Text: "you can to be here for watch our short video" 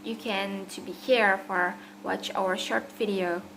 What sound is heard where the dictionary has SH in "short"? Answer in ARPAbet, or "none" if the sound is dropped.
SH